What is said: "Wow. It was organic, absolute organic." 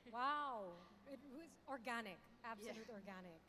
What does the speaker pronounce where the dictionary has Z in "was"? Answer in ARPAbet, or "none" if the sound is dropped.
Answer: Z